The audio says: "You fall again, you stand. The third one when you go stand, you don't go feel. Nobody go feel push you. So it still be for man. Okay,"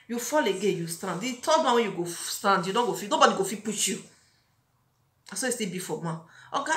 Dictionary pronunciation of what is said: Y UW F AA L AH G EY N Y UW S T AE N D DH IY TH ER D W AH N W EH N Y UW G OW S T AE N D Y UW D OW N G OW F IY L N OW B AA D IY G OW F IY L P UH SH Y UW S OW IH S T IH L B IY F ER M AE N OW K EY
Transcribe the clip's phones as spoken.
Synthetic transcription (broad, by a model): Y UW F AA L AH G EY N Y UW S T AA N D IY T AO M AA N W EH N Y UW G OW S T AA N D Y UW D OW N G OW F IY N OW B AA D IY G OW F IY P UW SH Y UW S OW IH S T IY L B IY F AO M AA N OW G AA